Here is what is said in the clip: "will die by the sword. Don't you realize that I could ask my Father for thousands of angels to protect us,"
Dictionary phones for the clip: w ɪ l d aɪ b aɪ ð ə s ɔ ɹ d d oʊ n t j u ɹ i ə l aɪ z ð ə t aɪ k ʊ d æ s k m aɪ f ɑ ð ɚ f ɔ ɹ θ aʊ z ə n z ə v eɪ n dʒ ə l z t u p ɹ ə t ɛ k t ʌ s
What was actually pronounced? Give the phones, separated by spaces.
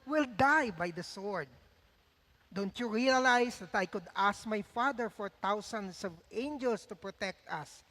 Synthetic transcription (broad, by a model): w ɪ l d aɪ b aɪ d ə s ɔ ɹ d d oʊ n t j u ɹ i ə l aɪ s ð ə t aɪ k ʊ d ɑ s k m aɪ f ɑ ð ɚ f ɔ ɹ t aʊ s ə n s ə v eɪ n dʒ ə l s t u p ɹ ə t ɛ k t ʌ s